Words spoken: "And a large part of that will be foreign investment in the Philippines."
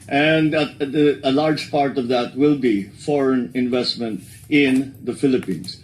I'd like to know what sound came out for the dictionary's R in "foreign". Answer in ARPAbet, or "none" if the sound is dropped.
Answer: R